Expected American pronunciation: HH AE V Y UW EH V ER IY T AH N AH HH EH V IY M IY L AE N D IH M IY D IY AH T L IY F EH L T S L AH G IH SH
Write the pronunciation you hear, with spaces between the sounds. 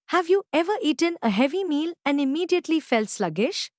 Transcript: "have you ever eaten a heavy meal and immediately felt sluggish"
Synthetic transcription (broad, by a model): HH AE V Y UW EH V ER IY T AH N AH HH EH V IY M IY L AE N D IH M IY D IY AH T L IY F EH L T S L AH G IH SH